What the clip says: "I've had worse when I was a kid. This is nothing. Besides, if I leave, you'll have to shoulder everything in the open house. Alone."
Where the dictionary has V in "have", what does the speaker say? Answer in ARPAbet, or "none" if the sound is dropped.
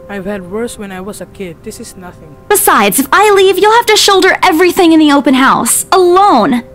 F